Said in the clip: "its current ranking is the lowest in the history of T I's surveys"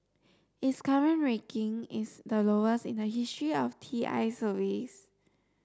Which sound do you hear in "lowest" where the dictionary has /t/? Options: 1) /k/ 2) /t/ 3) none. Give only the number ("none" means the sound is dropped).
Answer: 3